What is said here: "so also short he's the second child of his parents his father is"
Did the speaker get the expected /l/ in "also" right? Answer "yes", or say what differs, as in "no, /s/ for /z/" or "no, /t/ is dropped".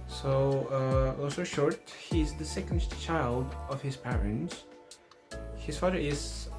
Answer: no, /l/ is dropped